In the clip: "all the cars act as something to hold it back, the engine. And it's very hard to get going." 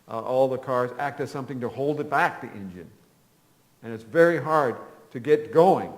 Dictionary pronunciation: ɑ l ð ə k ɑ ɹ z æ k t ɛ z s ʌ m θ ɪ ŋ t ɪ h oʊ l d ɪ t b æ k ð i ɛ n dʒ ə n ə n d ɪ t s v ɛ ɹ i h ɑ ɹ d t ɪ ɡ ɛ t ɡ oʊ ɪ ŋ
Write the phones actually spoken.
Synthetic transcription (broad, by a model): ɑ l ð ə k ɑ ɹ z æ k t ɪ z s ʌ m θ ɪ ŋ t ɪ h oʊ l d ɪ t b æ k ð i ɛ n dʒ ə n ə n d ɪ t s v ɛ ɹ i h ɑ ɹ d t ɪ ɡ ɛ t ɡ oʊ ɪ ŋ